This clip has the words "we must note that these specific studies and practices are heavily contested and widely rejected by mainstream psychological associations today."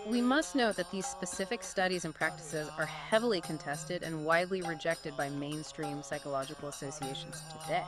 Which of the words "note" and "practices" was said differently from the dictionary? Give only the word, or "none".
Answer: none